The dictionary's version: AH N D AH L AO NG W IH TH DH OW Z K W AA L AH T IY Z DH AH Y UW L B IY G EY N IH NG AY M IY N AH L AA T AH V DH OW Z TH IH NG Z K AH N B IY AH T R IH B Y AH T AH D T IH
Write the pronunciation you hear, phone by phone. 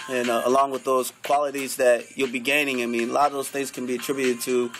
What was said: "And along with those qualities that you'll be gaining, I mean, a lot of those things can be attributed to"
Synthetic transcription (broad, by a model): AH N AH L AO NG W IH DH OW Z K W AA L AH T IY Z DH AH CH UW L B IY G EY N IH NG AY M IY N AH L AA T AH V DH OW Z TH IH NG Z K AH N B IY AH T R IH B Y AH T AH D T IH